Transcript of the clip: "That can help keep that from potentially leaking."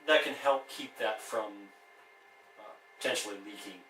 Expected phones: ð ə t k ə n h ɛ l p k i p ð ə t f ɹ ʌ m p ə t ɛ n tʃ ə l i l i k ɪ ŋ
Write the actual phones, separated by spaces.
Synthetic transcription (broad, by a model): ð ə t k ə n h ɛ l p k i p ð ə t f ɹ ʌ m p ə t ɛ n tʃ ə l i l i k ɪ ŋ